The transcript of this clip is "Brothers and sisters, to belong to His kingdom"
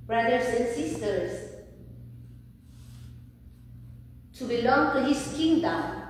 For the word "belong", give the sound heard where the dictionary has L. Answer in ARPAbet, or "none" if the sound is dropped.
L